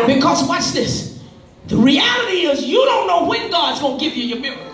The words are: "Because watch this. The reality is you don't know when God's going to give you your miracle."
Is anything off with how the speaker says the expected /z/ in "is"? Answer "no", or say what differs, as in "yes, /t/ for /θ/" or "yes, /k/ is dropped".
no